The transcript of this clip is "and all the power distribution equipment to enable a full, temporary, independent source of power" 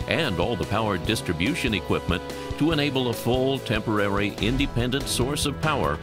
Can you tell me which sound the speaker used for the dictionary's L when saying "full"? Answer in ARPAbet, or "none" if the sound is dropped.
L